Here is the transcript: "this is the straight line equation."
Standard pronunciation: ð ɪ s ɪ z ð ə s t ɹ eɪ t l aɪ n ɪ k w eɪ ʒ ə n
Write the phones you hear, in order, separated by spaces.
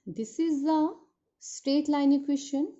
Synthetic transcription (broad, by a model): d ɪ s ɪ z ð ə s t ɹ eɪ t l aɪ n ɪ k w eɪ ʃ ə n